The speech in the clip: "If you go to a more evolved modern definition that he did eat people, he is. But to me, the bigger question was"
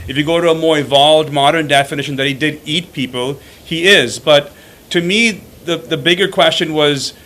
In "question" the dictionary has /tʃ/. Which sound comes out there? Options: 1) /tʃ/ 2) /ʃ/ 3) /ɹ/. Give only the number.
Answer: 1